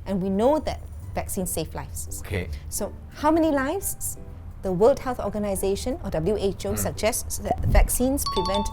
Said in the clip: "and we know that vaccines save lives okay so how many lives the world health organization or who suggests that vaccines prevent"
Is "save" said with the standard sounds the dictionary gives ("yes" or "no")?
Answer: no